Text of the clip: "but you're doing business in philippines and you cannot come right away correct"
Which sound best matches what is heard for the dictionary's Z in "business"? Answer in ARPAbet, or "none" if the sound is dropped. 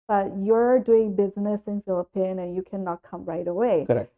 Z